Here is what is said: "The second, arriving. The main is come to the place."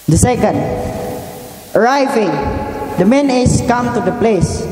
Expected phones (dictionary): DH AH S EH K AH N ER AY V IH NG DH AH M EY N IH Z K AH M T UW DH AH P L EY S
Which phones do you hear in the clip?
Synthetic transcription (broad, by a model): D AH S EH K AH N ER AY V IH NG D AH M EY N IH S K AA M T UW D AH P L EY S